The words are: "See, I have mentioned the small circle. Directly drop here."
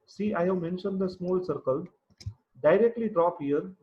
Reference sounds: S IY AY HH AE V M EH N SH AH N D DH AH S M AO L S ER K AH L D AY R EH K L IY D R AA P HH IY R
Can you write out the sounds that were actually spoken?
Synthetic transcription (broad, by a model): S IY AY HH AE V M EH N SH AH N D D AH S M AO L S ER K AH L D AY R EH K L IY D R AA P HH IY R